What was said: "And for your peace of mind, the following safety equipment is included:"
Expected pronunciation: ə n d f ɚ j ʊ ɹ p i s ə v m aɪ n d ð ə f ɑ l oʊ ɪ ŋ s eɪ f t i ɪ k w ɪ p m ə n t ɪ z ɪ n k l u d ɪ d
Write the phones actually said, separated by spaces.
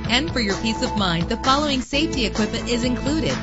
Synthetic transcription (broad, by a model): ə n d f ɚ j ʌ ɹ p i s ə v m aɪ n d ð ə f ɑ l oʊ ɪ ŋ s eɪ f t i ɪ k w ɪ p ə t ɪ z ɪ n k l u d ɪ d